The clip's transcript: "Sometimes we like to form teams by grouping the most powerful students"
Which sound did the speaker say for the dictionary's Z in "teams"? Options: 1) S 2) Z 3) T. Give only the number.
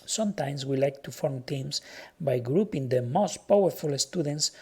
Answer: 1